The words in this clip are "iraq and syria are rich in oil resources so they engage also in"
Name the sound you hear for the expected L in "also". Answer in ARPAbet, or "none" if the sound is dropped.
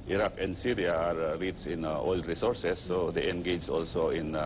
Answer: L